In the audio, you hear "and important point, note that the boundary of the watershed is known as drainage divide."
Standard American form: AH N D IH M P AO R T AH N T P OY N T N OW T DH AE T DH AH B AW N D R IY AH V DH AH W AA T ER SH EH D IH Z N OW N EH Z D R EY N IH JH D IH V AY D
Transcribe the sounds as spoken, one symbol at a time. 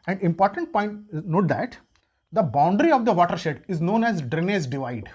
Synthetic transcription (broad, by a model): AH N D IH M P AO R T AH N T P OY N T N OW T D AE T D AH B AW N D R IY AH V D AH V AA T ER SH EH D IH Z N OW N EH Z D R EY N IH Z D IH V AY D